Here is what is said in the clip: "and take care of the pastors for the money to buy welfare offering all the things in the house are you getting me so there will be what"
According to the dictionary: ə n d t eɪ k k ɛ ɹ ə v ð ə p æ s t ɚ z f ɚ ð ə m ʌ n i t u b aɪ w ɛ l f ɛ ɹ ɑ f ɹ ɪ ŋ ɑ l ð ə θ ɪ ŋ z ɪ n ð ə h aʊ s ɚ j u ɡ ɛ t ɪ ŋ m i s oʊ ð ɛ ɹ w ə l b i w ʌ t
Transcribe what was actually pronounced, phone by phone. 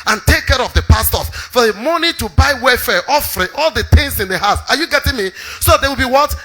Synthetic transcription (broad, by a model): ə n t eɪ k k ɛ ɹ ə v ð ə p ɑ s t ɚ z f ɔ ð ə m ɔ n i t u b aɪ w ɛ f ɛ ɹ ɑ f ɹ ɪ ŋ ɑ l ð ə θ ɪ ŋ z ɪ n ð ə h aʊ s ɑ j u ɡ ɛ t ɪ ŋ m i s oʊ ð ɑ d w ə l b i w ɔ t